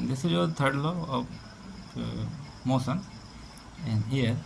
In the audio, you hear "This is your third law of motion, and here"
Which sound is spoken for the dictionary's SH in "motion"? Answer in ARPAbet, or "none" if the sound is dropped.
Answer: S